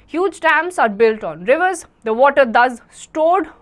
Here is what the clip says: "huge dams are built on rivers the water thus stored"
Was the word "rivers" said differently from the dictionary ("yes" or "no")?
no